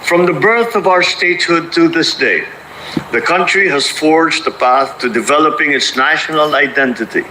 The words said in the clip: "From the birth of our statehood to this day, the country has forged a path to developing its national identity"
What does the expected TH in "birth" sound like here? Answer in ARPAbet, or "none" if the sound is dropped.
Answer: TH